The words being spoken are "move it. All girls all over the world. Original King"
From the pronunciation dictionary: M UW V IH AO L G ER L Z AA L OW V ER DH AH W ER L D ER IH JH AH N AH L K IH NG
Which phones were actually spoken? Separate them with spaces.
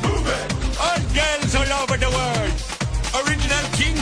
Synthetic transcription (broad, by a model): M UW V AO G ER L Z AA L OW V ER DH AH W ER D ER IH JH AH N AH L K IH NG